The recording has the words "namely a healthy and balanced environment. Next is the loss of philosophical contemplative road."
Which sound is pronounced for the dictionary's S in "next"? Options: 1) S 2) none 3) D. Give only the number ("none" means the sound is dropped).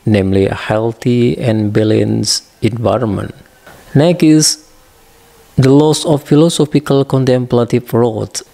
2